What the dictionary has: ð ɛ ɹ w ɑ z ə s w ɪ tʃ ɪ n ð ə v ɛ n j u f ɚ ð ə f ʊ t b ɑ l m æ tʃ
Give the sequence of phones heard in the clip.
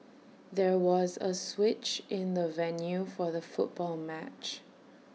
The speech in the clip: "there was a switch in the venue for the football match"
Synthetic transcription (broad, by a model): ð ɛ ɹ w ɑ z ə s w ɪ tʃ ɪ n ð ə v ɛ n j u f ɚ ð ə f ʊ t b ɑ l m æ tʃ